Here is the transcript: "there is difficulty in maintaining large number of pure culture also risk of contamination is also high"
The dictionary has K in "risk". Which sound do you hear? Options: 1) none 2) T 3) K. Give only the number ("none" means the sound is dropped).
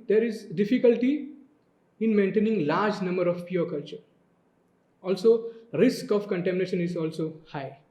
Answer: 3